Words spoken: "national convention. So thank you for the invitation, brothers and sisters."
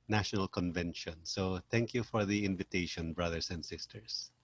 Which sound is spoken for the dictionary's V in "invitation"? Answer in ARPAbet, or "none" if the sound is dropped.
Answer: V